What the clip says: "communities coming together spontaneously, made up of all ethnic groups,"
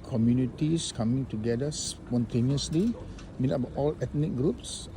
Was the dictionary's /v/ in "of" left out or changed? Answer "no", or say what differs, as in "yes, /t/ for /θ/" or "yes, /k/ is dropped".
yes, /b/ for /v/